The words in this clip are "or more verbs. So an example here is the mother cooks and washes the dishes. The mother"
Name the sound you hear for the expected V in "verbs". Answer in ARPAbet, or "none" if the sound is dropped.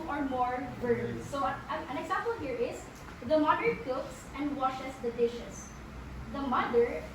B